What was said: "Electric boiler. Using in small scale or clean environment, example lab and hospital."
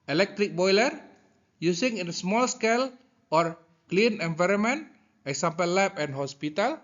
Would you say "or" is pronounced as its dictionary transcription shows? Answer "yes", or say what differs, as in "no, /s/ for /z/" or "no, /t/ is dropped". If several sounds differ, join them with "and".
yes